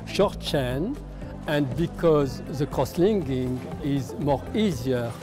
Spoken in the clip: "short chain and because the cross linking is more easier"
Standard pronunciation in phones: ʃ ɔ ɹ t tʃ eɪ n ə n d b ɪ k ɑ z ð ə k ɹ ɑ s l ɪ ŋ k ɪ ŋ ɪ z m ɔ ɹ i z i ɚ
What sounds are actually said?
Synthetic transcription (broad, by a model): ʃ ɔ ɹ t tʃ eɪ n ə n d b ɪ k ɑ z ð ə k ɹ ɑ s l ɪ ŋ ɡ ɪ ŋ ɪ z m ɔ ɹ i z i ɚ